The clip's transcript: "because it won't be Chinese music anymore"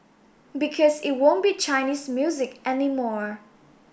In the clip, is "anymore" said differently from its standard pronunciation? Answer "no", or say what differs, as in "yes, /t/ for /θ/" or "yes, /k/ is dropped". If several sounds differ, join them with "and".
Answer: no